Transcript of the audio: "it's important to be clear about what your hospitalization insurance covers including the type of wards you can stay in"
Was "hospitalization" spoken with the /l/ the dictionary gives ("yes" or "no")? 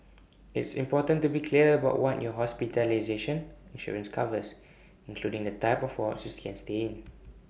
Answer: yes